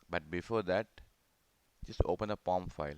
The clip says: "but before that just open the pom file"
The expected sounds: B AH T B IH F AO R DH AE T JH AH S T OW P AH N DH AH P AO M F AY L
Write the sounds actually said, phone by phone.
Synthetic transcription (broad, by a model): B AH T B IH F AO R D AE T JH AH S T OW P AH N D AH P AO M F AY L